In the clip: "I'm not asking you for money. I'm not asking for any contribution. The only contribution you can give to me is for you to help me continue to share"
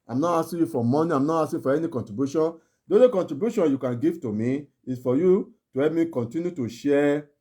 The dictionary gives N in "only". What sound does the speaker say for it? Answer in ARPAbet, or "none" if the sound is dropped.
none